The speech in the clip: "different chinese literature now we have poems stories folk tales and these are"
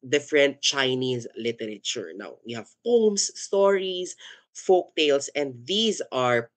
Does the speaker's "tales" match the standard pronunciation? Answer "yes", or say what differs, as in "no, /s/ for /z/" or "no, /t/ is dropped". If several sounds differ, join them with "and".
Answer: no, /s/ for /z/